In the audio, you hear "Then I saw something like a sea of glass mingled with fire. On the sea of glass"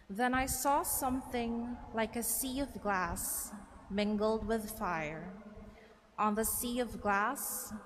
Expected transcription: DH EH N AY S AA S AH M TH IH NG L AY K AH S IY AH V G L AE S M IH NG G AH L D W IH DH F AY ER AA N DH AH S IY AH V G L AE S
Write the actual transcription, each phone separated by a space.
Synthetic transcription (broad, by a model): DH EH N AY S AA S AH M TH IH NG L AY K AH S IY AH V G L AE S M IH NG G L D W IH DH F AY ER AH N DH AH S IY AH V G L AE S